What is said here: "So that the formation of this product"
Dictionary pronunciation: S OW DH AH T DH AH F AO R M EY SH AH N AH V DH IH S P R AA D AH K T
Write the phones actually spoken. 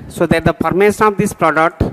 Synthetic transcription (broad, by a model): S OW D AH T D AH P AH R M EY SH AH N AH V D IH S P R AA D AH K T